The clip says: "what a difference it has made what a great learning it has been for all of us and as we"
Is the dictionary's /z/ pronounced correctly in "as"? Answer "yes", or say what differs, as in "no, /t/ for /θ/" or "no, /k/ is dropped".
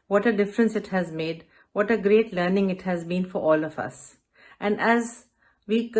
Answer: yes